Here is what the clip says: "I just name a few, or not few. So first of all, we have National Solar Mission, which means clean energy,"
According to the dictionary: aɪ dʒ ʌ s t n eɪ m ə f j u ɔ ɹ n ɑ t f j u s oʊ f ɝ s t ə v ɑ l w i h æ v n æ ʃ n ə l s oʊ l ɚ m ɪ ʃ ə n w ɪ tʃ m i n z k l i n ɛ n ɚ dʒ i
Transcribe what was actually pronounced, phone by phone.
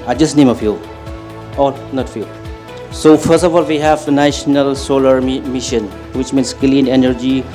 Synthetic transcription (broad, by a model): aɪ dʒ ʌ s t n eɪ m ə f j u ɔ l n ɑ t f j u s oʊ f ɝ s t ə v ɑ l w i h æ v n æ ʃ n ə l s oʊ l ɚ m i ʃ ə n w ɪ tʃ m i n s k l i n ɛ n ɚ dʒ i